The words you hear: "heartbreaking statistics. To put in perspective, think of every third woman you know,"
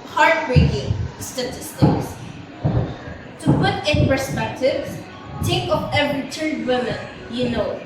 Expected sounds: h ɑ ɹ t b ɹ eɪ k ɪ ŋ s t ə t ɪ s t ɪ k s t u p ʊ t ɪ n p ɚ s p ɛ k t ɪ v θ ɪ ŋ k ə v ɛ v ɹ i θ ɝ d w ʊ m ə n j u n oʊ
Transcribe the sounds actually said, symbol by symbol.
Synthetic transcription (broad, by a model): h ɑ ɹ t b ɹ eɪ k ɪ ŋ s t ə t ɪ s t ɪ k s t u p ʊ t ɪ n p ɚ s p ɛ k t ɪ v t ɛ k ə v ɛ v ɹ i t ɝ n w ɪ m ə n j u n oʊ